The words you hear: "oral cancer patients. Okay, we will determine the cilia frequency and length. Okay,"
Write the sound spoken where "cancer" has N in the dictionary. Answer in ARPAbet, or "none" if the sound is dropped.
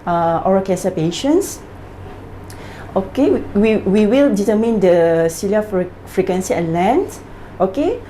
none